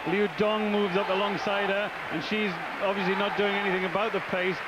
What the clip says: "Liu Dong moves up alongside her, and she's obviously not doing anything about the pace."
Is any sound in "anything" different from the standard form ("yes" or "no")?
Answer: no